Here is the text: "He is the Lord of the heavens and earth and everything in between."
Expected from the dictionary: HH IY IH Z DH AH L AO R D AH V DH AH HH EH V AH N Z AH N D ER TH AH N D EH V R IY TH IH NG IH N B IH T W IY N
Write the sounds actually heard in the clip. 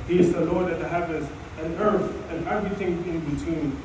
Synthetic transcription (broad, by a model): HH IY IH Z DH AH L AO R D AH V DH AH HH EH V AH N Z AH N ER TH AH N EH V R IY TH IH NG IH N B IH T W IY N